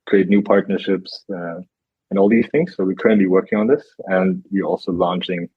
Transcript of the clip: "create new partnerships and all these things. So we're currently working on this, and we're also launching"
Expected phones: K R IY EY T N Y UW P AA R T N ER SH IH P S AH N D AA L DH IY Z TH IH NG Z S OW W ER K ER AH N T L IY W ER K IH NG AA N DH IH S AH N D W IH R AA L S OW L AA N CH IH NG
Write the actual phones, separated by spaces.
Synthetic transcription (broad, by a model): K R IY EY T N Y UW P AA R T N ER SH IH P S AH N AA L DH IY Z TH IH NG Z S OW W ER K ER AH N T L IY W ER K IH NG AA N DH IH S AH N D W IH R AA L S OW L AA N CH IH NG